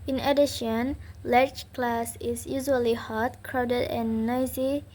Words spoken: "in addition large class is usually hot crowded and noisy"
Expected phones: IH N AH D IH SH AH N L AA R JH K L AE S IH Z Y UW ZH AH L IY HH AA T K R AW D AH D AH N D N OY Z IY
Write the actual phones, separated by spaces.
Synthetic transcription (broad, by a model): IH N AH D IH SH AH N L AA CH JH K L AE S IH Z Y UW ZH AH L IY HH AA T K R AW D AH D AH N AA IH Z IY